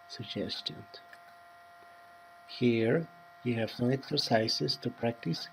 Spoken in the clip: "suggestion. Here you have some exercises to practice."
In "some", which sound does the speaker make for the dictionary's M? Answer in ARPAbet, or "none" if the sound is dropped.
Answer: none